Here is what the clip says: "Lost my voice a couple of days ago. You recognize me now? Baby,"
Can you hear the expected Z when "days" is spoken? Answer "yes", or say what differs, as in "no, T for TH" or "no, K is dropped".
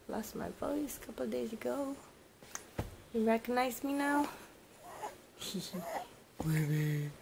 yes